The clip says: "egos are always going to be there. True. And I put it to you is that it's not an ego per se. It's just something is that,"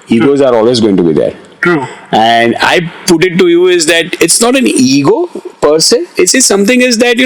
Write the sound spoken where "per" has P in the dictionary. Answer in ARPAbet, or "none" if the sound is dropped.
P